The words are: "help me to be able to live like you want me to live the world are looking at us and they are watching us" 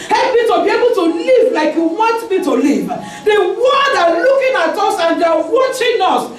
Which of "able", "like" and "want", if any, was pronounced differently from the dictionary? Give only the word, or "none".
want